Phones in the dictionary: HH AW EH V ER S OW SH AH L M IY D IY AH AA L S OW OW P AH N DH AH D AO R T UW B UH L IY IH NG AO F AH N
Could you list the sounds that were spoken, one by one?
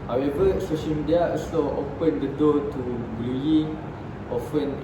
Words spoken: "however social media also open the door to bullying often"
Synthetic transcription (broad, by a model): HH AW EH V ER S OW SH AH L M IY D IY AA S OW OW P AH N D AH D AO T UW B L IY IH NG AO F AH N